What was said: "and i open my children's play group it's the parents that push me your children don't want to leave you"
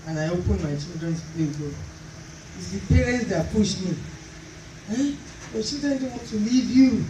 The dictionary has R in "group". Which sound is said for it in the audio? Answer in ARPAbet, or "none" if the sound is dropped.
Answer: none